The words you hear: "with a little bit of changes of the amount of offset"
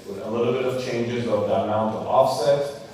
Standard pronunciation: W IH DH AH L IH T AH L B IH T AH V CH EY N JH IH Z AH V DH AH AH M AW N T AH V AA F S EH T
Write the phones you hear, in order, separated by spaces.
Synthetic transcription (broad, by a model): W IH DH AH L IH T L B IH T AH V CH EY N JH IH Z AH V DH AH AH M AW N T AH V AA F S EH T